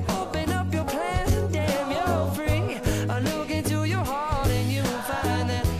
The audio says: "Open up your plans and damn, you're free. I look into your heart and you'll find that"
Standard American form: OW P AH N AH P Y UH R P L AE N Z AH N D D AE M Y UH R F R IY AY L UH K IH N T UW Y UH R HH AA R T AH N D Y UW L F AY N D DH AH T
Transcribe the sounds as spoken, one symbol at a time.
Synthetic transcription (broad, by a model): OW P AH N AH P Y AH R P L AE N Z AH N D D AE M Y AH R F R IY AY L UH K IH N T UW Y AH R HH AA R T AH N Y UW N F AY N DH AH T